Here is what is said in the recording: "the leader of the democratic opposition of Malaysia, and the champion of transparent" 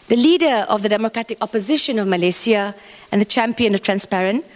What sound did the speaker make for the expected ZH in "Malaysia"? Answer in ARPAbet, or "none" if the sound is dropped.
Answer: S